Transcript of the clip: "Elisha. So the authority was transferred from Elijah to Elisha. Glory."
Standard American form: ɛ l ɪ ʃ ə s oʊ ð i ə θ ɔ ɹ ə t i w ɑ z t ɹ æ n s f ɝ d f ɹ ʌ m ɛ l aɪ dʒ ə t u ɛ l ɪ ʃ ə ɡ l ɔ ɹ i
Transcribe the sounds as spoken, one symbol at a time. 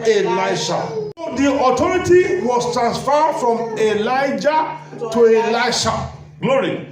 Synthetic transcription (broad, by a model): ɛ l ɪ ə ʃ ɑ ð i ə t ɔ ɹ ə t i w ɑ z t ɹ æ n s f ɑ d f ɹ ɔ m ɛ l aɪ dʒ ə t u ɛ l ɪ ʃ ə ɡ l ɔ ɹ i